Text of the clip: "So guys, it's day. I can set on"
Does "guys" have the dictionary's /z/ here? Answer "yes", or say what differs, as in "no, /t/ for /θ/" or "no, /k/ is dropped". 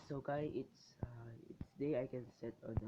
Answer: no, /s/ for /z/